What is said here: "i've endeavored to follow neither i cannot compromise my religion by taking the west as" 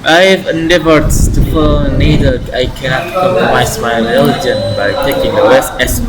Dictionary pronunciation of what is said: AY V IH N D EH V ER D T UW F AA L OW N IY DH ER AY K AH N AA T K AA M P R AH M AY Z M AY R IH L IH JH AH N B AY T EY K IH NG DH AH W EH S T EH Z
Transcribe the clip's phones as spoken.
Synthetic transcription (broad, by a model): AY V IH N D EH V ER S T UW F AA N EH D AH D AY K AH N AA T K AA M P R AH M AY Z M AY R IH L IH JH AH N B AY T EY K IH NG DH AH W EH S EH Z